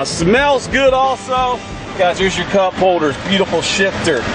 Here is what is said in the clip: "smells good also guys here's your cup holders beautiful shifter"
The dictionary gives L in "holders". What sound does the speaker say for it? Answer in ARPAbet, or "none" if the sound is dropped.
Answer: L